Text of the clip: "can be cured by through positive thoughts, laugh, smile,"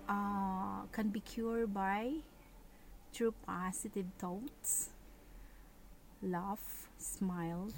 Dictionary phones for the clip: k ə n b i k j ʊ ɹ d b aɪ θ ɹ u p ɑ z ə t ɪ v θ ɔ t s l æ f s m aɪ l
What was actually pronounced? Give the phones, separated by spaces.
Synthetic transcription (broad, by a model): k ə n b i k j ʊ ɹ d b aɪ t ɹ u p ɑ s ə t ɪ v t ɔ t s l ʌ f s m aɪ l